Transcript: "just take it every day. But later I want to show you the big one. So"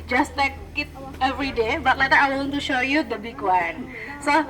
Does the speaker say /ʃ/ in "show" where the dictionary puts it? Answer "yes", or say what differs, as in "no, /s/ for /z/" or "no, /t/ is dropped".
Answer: yes